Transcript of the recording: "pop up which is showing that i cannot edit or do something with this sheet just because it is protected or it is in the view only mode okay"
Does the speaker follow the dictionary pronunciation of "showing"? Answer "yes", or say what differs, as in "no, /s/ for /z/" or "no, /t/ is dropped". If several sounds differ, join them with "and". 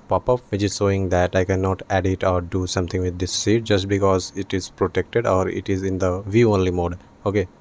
no, /s/ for /ʃ/